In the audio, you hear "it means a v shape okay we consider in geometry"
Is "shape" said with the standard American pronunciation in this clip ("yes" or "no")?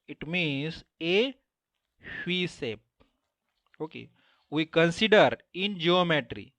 no